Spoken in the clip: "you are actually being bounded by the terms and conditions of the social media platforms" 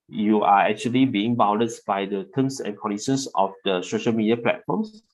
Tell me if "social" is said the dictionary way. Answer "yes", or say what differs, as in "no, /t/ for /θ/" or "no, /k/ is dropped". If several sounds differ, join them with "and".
yes